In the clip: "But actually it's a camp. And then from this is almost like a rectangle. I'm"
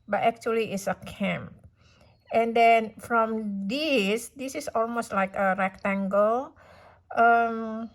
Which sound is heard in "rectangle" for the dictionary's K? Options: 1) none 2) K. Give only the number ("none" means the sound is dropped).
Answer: 2